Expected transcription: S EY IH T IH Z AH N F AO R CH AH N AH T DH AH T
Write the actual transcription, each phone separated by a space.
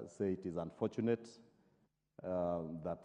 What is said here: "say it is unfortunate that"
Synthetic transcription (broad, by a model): S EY IH T IH Z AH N F AO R CH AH N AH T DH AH T